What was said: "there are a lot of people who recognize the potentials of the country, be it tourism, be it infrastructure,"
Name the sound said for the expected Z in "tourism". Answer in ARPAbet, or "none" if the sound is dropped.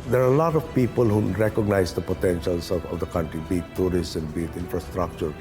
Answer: S